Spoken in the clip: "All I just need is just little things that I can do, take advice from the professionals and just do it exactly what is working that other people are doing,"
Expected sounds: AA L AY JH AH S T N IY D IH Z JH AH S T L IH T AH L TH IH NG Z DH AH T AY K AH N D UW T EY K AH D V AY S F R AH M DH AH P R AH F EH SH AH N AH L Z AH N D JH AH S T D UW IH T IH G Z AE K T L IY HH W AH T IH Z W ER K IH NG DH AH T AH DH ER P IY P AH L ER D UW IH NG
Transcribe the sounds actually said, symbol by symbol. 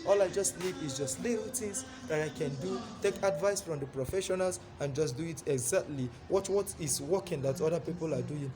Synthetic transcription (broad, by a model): AA L AY JH AH S T L IY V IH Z JH AH S T L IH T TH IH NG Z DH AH T AY K AH N D UW T EY K AH D V AY S F R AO M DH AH P R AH F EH SH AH N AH L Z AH N JH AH S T D UW IH T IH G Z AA K T L IY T W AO T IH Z W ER K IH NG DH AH T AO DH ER P IY P AH L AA D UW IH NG